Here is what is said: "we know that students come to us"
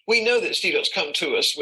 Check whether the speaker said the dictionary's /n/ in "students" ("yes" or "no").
no